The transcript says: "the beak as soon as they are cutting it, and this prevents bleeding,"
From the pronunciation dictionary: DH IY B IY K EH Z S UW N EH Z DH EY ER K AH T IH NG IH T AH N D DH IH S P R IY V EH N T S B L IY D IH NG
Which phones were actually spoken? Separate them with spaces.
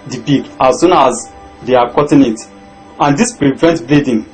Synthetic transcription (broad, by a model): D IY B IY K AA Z S UW N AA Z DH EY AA K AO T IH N IH T AH N D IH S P R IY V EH N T B L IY D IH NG